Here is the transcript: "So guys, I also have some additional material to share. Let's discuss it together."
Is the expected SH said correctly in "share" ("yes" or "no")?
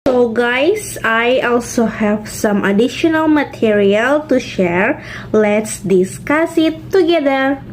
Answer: yes